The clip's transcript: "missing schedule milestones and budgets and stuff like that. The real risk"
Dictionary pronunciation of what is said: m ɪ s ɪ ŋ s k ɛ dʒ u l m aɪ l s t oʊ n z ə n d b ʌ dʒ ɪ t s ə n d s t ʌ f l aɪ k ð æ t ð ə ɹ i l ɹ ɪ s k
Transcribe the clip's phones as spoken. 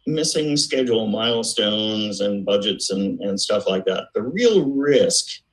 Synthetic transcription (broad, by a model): m ɪ s ɪ ŋ s k ɛ dʒ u l m aɪ l s t oʊ n z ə n b ʌ dʒ ɪ t s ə n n s t ʌ f l aɪ k ð æ t ð ə ɹ i l ɹ ɪ s k